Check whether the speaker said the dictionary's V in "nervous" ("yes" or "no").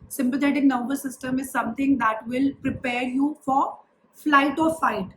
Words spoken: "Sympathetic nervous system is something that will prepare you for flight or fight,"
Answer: no